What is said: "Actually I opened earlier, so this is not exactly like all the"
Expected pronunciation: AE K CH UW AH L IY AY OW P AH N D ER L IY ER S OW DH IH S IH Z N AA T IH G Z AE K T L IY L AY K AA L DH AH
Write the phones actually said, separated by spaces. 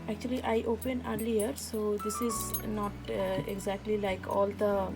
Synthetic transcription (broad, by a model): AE K CH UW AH L IY AY OW P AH N ER L IY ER S OW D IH S IH Z N AA T IH G Z AE K T L IY L AY K AA L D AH